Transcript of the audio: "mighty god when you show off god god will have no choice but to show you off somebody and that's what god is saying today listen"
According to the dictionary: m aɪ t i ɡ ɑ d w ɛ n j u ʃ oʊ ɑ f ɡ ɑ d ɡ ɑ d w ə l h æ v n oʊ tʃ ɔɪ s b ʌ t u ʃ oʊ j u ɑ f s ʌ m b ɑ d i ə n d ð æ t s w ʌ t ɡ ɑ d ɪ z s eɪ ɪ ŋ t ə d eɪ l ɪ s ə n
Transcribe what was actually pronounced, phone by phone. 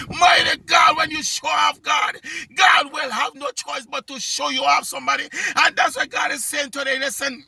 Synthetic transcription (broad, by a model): m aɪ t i ɡ ɑ d w ɛ n j u ʃ oʊ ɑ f ɡ ɑ d ɡ ɑ d w ə l h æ v n oʊ tʃ ɔɪ s b ʌ t u ʃ oʊ j u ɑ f s ʌ m b ɑ d i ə n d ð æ t s w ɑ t ɡ ɑ d ɪ z s eɪ ɪ ŋ t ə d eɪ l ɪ s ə n